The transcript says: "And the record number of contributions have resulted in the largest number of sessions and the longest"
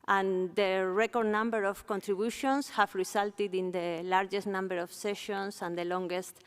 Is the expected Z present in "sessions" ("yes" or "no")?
no